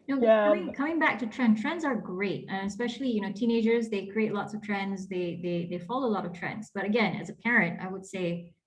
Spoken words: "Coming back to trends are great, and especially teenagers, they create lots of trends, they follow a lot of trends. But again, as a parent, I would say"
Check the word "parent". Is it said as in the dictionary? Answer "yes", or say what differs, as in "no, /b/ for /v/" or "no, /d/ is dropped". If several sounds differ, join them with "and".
yes